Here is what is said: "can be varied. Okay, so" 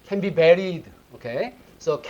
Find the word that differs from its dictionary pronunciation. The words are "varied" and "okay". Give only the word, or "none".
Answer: varied